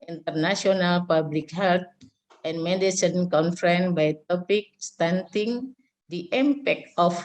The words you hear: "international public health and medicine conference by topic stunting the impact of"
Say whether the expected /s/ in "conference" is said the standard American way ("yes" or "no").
no